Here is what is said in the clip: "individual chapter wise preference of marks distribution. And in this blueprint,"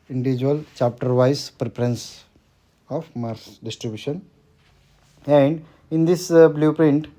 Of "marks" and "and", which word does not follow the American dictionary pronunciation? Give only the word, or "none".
marks